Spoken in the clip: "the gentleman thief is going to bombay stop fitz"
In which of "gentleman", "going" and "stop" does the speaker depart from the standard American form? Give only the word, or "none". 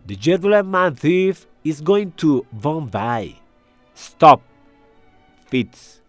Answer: gentleman